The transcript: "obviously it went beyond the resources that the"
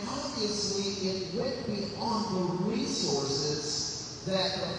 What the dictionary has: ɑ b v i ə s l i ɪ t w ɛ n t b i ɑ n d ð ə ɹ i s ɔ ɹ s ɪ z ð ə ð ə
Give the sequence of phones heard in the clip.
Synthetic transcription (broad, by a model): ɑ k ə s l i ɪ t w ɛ t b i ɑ n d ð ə ɹ i s ɔ ɹ s ɪ z ð ə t